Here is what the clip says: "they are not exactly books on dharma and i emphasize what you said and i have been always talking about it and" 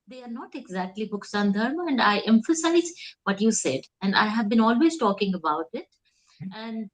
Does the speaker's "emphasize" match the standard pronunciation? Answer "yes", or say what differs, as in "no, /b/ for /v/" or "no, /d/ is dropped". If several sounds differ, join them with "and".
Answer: yes